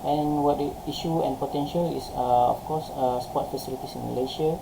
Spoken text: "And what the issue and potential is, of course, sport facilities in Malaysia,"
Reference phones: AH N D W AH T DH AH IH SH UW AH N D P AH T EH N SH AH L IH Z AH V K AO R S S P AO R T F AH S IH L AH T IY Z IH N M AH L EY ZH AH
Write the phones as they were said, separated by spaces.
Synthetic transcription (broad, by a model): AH N W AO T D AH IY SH UW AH N P AH T EH N SH AH L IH S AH F K AO S S P AO T F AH S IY L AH T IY S IH N M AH L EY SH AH